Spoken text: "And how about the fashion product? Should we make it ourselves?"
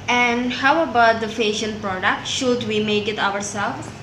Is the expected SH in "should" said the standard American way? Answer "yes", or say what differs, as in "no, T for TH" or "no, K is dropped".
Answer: yes